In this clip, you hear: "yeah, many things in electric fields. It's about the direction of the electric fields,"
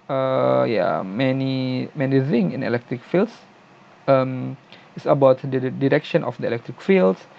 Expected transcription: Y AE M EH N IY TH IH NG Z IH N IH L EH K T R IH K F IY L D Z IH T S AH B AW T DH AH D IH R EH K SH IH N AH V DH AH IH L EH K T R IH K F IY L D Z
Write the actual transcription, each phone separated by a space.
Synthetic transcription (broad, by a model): Y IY M EH N IY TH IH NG IH N IH L EH K T R IH K F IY L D S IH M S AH B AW T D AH D IH R EH K SH IH N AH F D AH IH L EH K T R IH K F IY L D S